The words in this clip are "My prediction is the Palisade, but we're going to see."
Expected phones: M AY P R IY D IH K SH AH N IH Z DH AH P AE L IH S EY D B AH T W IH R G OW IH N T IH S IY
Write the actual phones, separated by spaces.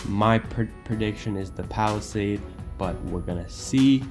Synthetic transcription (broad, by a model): M AY P R IY D IH K SH AH N IH Z DH AH P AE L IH S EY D B AH T W IH R G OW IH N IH S IY